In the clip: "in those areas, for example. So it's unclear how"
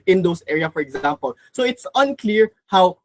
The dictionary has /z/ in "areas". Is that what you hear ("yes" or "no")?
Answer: no